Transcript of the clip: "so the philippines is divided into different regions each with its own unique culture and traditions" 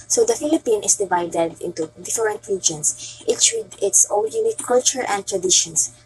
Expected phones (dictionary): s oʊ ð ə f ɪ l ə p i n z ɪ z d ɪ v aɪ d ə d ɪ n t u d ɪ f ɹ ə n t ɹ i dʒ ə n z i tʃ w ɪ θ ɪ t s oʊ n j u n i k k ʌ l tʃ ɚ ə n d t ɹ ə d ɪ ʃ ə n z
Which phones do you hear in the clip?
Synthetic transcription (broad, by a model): s oʊ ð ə f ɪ l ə p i n ɪ s d ɪ v aɪ d ə d ɪ n t u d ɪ f ɹ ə n t ɹ i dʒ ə n s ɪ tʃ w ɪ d ɪ t s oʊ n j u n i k k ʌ l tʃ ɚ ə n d t ɹ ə d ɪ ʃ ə n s